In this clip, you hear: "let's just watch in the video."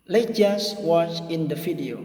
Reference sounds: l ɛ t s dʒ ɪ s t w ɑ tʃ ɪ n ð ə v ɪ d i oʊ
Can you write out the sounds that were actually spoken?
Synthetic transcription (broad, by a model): l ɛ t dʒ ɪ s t w ɑ tʃ ɪ n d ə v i d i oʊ